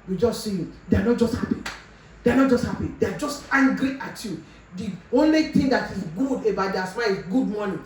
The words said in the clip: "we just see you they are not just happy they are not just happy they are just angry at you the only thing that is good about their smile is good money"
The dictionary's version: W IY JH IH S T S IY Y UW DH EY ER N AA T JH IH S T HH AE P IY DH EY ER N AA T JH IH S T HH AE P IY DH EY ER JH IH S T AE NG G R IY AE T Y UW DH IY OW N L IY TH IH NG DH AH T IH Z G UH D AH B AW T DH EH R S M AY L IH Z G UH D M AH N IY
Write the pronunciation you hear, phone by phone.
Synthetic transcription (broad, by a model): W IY JH IH S T S IY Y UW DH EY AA N AA T JH IH S T HH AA P IY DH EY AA N AA T JH IH S T HH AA P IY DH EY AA JH IH S T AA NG G R IY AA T Y UW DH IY OW N L IY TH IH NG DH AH T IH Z G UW D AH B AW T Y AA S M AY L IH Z G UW D M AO N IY